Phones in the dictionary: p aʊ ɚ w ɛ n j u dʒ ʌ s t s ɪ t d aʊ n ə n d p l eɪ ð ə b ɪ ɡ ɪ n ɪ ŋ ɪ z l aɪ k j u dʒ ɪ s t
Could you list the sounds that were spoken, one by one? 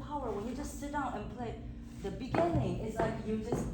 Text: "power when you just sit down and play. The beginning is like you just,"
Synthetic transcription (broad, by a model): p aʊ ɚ w ɛ n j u dʒ ʌ s t s ɪ t d aʊ n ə n p l eɪ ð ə b ɪ ɡ ɪ n ɪ ŋ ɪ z l aɪ k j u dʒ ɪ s